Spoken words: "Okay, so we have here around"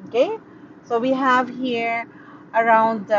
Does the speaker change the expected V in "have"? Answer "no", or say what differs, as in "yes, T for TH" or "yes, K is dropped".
no